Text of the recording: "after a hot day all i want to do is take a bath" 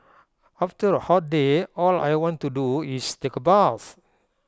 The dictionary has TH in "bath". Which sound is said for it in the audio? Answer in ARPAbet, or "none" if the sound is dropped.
S